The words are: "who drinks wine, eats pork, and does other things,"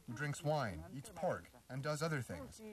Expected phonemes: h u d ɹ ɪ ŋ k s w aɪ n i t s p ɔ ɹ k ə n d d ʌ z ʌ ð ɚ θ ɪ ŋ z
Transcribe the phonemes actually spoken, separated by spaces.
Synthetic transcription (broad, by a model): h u d ɹ ɪ ŋ k s w aɪ n i t s p ɔ ɹ k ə n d d ʌ z ʌ ð ɚ θ ɪ ŋ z